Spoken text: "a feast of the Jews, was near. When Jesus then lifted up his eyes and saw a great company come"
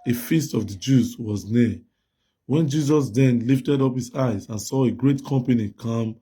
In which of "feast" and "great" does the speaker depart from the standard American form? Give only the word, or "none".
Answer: none